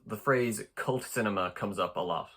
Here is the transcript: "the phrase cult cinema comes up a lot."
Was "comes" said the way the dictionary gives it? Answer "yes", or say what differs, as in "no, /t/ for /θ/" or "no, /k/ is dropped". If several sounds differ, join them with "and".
yes